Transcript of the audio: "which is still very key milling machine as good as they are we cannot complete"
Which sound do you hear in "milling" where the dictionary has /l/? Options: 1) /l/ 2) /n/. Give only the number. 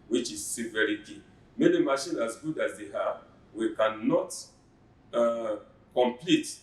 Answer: 2